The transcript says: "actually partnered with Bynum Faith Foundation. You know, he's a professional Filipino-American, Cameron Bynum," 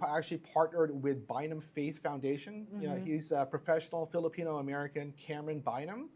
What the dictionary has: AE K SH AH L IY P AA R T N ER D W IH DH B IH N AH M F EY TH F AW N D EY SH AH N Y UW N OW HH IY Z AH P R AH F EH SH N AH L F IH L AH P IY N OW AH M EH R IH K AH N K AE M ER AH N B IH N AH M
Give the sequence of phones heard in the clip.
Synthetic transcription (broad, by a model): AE K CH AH L IY P AA R T N ER D W IH DH B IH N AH M F EY TH F AW N D EY SH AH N N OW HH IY Z AH P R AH F EH SH N L F IH L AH P IY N OW AH M EH R IH K AH N K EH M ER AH N B IH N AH M